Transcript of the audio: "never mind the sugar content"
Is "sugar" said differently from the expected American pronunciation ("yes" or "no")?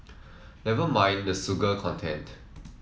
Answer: yes